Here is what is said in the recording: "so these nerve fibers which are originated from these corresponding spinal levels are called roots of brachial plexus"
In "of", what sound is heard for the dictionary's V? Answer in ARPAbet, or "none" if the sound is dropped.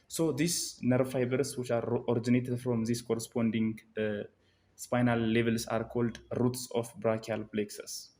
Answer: F